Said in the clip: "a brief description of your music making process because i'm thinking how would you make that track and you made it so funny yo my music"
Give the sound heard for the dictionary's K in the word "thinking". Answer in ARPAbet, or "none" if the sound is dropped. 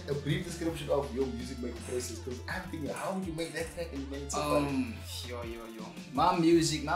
none